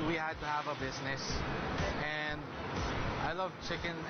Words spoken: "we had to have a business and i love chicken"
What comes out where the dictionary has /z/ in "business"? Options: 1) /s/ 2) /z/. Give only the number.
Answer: 2